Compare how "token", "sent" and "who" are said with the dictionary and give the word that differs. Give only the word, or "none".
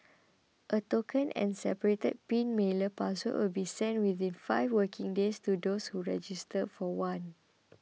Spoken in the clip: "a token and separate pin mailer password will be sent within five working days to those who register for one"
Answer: none